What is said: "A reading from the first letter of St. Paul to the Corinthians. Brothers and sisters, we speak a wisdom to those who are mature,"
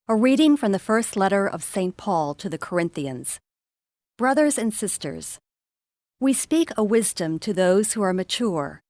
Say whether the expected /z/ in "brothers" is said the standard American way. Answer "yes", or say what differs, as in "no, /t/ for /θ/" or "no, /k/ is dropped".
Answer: yes